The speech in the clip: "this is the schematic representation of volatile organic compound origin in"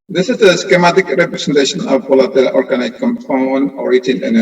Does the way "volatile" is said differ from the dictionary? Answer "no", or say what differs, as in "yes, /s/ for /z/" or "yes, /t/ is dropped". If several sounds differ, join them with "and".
yes, /p/ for /v/